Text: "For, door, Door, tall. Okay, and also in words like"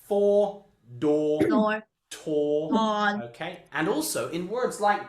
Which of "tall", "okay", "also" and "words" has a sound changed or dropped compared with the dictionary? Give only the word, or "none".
tall